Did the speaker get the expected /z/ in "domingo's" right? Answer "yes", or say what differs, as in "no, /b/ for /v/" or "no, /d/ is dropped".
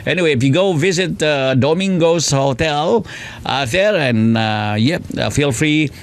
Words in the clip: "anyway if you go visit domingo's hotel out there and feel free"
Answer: no, /s/ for /z/